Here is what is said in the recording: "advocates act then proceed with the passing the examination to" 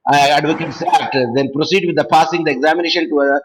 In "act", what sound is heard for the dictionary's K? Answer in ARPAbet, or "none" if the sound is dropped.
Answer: none